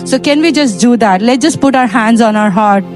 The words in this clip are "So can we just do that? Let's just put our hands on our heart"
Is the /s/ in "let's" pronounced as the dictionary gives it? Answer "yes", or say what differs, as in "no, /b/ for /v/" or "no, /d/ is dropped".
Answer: no, /s/ is dropped